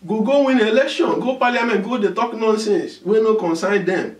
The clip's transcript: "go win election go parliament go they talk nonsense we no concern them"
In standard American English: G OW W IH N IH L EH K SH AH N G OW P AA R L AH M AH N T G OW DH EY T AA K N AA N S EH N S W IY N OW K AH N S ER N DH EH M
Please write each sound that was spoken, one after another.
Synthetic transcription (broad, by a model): G OW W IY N IH L EH K SH AH N G OW P AA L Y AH M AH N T G OW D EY T AA K N AA N S EH N S W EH N OW K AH N S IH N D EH M